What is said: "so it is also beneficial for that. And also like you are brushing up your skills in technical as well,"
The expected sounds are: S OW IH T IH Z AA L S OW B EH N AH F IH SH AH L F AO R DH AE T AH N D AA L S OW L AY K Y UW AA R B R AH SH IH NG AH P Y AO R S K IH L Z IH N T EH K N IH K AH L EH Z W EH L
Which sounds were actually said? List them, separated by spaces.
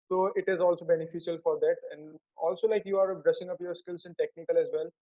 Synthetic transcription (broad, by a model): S OW IH T IH Z AA L S OW B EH N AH F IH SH AH L F AO R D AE T AH N D AA L S OW L AY K Y UW AA R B R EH S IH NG AH P Y AO R S K IH L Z IH N T EH K N IH K AH L EH Z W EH L